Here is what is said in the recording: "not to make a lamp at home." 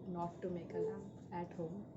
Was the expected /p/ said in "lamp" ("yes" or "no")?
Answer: no